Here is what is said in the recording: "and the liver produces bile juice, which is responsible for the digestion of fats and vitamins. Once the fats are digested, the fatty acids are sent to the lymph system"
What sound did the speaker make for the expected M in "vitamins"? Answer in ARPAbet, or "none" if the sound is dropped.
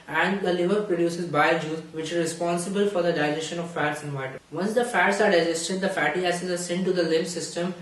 none